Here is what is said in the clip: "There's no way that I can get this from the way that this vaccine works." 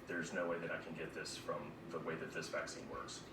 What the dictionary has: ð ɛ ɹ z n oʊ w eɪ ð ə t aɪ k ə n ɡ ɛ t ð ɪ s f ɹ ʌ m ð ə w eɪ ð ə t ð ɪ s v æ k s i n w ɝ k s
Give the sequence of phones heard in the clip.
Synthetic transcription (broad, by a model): ð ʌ ɹ z n oʊ w eɪ ð ə t aɪ k ə n ɡ ɛ t ð ɪ s f ɹ ʌ m ð ə w eɪ ð ə t ð ɪ s v æ k s i n w ɝ k s